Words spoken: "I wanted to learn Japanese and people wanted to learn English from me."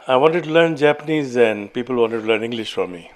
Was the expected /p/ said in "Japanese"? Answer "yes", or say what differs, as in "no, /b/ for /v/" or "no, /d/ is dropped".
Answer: yes